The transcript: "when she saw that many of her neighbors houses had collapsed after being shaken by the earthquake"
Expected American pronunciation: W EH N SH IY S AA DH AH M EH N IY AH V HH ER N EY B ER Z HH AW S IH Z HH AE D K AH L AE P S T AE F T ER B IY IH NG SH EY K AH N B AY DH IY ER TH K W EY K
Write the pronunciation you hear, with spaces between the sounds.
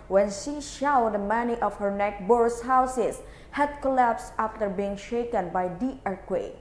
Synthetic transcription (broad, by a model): W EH N SH IY SH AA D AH M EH N IY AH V HH ER N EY B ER S HH AW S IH S HH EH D K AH L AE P S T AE F T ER B IY IH NG SH EY K AH N B AY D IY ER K W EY